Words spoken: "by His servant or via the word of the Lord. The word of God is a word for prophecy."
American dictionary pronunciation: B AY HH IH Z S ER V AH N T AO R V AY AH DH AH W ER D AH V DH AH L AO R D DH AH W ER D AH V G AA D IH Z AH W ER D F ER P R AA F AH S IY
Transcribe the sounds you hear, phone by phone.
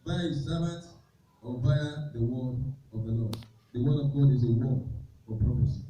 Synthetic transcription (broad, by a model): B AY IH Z S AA B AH T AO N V AY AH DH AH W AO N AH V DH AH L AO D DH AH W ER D AH V G AA D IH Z AH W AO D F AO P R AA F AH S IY